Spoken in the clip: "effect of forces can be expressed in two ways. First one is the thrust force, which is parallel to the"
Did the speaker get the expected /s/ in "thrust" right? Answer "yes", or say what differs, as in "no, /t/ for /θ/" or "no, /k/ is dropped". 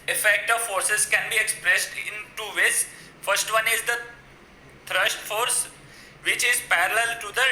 no, /ʃ/ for /s/